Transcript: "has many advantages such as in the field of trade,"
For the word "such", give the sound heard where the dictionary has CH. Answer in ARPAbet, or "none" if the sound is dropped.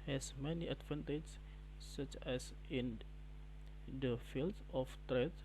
CH